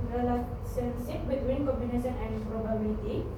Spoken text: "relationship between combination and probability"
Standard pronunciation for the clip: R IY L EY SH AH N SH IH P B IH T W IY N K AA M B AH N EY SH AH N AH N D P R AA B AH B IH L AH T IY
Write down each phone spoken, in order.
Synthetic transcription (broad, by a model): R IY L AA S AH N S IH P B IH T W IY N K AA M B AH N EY S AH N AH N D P R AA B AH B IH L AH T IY